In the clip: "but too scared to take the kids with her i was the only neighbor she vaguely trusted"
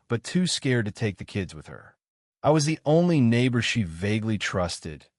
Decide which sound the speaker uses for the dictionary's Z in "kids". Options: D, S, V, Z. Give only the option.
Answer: Z